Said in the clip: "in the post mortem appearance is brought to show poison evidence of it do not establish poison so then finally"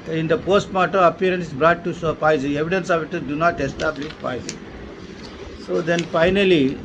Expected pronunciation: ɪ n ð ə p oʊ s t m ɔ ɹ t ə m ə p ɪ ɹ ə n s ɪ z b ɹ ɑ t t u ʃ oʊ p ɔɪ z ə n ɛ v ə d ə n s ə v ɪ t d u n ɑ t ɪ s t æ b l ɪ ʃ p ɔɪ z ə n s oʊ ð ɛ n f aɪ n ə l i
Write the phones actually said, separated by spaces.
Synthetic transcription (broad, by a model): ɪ n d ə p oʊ s t m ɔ t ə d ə p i ɹ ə n s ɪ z b ɹ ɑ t t u s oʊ p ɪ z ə ɛ v ə d ə n s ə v ɪ t d u n ɑ t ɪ s t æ b l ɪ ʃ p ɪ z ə s oʊ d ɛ n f aɪ n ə l i